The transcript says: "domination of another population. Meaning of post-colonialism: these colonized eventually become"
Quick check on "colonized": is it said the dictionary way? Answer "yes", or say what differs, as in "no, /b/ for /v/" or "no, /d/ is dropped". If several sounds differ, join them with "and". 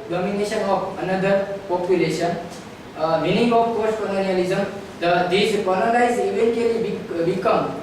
no, /n/ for /l/ and /l/ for /n/